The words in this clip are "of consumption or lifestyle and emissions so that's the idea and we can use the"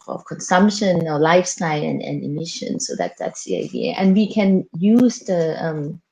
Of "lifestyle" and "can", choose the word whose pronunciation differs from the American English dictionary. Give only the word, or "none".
none